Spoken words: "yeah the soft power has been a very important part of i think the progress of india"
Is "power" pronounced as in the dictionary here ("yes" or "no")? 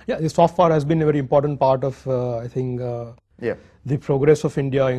no